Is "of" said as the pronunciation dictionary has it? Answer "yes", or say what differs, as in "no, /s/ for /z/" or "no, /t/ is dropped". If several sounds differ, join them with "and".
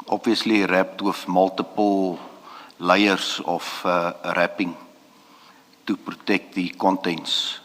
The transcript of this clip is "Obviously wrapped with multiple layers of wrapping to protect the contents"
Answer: no, /f/ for /v/